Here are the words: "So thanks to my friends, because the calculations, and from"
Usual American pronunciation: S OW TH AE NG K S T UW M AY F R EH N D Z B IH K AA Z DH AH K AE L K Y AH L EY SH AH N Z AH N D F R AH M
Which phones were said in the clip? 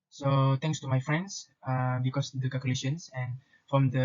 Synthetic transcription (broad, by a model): S OW T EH NG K S T UW M AY F R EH N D S B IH K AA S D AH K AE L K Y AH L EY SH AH N S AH N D F R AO M